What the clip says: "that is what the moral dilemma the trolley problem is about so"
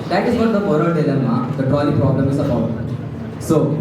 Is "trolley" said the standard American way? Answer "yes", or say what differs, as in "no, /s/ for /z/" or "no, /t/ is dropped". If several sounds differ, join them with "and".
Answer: no, /ɹ/ is dropped